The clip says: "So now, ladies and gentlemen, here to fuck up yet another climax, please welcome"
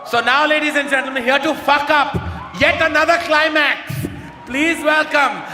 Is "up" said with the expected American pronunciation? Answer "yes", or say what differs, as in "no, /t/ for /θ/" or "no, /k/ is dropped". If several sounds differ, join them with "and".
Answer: yes